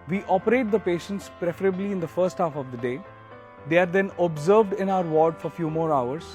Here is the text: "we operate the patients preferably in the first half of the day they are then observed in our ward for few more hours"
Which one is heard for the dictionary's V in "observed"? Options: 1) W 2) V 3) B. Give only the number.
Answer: 2